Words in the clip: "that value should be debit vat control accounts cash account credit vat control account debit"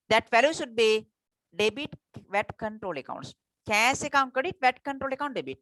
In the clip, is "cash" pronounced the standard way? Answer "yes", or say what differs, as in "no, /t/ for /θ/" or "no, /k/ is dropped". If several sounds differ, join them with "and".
no, /s/ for /ʃ/